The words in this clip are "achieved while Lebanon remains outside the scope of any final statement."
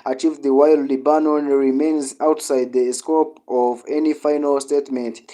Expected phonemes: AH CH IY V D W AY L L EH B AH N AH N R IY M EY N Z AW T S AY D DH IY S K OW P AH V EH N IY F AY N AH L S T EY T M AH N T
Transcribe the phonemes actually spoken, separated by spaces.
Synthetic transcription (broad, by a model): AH CH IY V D W AY L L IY B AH N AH N R IY M EY N Z AW T S AY D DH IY S K OW P AH V EH N IY F AY N AH L S T EY T M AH N T